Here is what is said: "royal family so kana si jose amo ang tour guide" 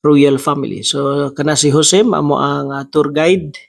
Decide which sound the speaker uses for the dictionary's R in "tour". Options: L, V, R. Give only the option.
R